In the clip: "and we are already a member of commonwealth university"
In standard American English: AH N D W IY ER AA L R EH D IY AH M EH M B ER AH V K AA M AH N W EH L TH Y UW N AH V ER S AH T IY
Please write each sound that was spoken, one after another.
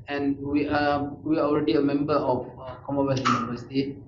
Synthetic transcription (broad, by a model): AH N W W IY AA AA L R EH D IY AH M EH M B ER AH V K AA M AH W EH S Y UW N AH V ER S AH T IY